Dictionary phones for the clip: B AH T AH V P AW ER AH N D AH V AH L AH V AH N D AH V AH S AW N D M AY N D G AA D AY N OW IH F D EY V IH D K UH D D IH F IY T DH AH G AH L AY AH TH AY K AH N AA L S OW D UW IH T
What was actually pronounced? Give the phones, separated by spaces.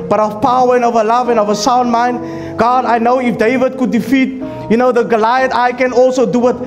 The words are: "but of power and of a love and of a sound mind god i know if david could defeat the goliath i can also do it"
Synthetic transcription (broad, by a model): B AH T AH V P AW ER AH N AH V AH L AH V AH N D AH V AH S AW N D M AY N D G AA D AY N OW IH F D EY V IH D K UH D D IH F IY T DH AH G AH L AY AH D AY K AH N AA L S OW D UW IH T